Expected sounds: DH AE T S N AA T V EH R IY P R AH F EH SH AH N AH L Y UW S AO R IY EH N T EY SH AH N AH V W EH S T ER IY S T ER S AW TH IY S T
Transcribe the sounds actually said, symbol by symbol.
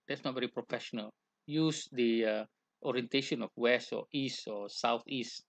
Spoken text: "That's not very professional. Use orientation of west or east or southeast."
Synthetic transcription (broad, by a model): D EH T S N AA T V EH R IY P R AH F EH SH AH N AH L Y UW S AO R IY EH N T EY SH AH N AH F W EH S T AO IY S T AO S AW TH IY S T